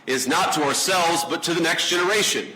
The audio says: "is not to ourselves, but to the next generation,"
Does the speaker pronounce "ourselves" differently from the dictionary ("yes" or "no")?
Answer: no